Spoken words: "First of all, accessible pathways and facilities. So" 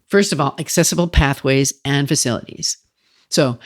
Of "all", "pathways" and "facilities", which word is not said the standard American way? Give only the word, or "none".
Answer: none